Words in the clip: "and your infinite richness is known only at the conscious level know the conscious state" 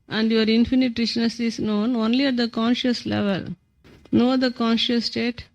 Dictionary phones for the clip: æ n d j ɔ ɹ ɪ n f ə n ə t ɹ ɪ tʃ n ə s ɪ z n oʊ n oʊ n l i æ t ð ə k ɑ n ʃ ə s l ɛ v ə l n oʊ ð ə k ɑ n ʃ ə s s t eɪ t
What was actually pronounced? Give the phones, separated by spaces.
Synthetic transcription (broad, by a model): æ n d j ɔ ɹ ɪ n f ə n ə t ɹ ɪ ʃ n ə s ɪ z n oʊ n oʊ n l i æ t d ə k ɑ n ʃ ə s l ɛ v ə l n oʊ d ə k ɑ n ʃ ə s s t eɪ t